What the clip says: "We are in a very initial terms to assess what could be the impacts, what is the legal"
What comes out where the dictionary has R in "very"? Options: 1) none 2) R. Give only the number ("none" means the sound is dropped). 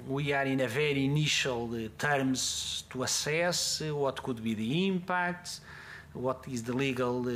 2